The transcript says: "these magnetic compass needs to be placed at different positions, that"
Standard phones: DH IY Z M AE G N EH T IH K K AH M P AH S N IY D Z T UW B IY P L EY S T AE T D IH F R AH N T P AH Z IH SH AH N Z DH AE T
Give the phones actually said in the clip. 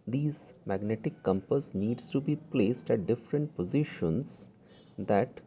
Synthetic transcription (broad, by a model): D IY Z M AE G N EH T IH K K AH M P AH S N IY D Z T UW B IY P L EY S T AE T D IH F R AH N T P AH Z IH SH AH N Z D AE T